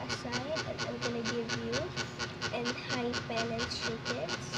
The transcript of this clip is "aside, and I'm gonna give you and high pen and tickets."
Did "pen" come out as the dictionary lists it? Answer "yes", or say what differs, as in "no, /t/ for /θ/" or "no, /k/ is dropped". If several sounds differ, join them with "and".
no, /l/ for /n/